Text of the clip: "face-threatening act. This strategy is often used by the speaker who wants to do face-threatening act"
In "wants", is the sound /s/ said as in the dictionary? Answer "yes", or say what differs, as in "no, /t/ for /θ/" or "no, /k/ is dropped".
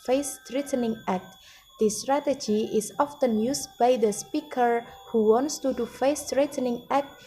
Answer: yes